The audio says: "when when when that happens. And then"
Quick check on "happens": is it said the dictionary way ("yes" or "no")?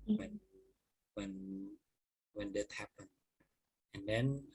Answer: no